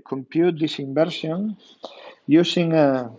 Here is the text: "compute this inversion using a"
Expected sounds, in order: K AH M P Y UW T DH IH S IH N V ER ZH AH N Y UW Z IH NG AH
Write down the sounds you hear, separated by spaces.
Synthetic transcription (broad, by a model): K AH M P Y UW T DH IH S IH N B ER SH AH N Y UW S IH NG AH